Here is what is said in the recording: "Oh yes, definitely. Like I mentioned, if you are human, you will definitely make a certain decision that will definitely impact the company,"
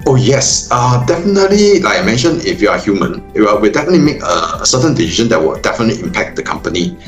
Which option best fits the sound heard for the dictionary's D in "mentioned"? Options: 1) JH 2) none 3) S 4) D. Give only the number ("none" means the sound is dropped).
2